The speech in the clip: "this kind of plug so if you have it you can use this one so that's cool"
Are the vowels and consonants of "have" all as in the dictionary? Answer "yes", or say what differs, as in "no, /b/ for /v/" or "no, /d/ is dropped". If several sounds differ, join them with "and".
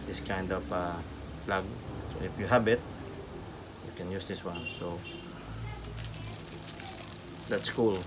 no, /b/ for /v/